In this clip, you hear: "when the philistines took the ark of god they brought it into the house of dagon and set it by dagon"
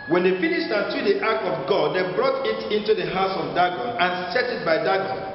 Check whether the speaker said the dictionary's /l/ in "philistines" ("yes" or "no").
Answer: no